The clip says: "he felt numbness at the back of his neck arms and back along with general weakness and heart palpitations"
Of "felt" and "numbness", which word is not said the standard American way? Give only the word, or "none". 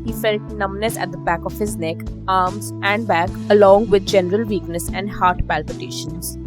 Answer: none